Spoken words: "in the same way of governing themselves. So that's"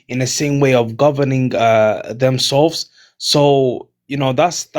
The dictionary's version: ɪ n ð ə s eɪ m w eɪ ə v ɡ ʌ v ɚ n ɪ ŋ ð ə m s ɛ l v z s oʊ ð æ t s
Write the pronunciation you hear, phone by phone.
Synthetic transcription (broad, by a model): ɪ n ð ə s eɪ m w eɪ ə v ɡ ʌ v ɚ n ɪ ŋ ð ə m s ɛ l v z s oʊ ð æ t s